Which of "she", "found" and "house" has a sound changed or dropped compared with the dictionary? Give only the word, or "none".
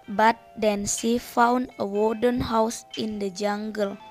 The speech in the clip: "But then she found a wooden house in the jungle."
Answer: she